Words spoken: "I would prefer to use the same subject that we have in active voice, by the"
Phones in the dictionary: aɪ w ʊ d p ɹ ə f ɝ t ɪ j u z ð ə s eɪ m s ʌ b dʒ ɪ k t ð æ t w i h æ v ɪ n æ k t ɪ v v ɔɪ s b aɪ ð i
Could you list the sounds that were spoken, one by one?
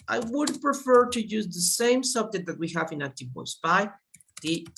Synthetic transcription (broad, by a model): aɪ w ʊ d p ɹ ə f ɝ t ɪ j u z ð ə s eɪ m s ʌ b dʒ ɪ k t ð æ t w i h æ v ɪ n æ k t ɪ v w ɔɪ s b aɪ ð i